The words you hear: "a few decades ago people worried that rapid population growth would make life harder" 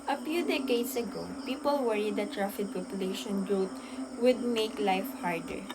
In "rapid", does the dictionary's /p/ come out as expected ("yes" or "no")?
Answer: no